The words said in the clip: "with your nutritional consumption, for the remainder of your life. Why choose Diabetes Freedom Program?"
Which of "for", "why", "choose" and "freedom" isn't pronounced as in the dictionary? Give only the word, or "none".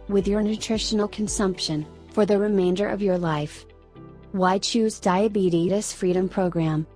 none